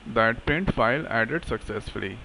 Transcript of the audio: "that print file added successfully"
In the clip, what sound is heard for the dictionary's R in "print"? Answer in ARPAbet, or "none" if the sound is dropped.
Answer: none